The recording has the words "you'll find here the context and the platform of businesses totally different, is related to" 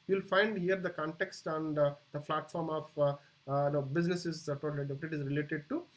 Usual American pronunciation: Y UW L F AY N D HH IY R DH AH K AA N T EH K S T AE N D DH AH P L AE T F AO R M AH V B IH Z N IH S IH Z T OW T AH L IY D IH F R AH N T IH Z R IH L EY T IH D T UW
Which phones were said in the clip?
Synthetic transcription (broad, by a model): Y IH L F AY N D HH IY R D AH K AA N T EH K S T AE N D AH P L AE T F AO R M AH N B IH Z N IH S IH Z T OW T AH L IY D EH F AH T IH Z R IH L EY T IH D T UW